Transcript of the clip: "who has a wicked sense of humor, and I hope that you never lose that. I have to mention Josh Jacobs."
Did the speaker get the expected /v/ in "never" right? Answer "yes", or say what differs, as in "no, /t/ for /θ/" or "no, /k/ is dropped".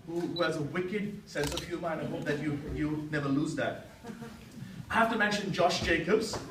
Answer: yes